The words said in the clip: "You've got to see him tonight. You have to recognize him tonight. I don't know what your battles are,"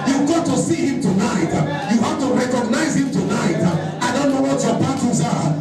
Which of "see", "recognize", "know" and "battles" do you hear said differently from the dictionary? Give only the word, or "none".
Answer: battles